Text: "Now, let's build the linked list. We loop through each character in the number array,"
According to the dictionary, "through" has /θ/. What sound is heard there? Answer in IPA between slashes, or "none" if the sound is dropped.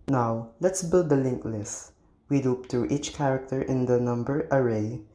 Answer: /t/